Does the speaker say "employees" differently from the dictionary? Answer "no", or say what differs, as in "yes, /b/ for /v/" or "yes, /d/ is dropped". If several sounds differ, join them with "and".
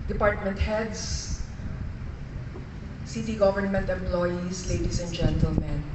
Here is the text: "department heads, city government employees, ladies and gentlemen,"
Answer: yes, /s/ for /z/